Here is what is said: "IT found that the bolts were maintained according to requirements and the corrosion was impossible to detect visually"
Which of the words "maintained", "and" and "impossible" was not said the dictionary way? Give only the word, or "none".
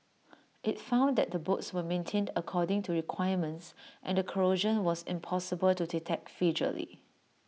none